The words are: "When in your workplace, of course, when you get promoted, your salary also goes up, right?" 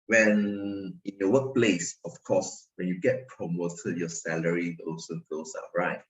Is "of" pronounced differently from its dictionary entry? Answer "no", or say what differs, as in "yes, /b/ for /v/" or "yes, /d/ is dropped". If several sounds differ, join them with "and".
yes, /f/ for /v/